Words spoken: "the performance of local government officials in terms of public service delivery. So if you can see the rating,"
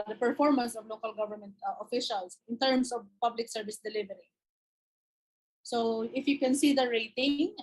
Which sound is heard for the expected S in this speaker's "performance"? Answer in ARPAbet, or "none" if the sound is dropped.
S